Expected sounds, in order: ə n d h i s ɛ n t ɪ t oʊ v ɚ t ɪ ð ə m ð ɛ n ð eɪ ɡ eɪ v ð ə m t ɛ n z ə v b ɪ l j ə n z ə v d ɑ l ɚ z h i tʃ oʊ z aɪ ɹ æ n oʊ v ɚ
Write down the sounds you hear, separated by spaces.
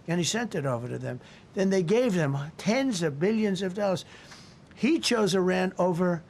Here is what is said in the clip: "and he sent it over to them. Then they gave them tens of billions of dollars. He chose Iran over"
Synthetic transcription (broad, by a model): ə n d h i s ɛ n t ɪ t oʊ v ɚ t ɪ ð ə m ð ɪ n ð eɪ ɡ eɪ v ð ə m t ɛ n z ə v b ɪ l j ə n z ə v d ɑ l ɚ z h i tʃ oʊ z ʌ ɹ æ n oʊ v ɚ